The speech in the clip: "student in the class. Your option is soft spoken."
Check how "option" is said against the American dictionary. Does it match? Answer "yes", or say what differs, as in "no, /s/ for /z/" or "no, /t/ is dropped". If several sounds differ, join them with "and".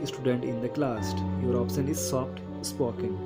no, /s/ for /ʃ/